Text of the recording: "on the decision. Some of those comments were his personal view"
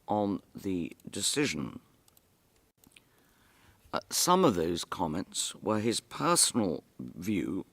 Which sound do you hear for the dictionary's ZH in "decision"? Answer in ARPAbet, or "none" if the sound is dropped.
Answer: ZH